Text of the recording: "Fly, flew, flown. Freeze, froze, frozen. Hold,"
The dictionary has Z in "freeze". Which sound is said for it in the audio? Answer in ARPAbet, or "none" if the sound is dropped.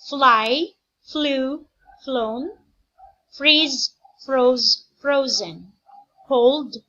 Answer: Z